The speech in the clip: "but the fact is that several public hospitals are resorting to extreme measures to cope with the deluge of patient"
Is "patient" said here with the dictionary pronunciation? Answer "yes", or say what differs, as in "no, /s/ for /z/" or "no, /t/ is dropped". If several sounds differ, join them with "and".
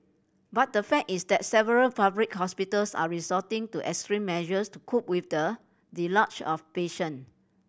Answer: no, /t/ is dropped